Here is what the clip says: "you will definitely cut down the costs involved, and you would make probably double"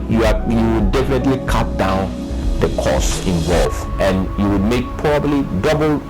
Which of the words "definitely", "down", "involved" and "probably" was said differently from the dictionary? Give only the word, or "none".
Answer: involved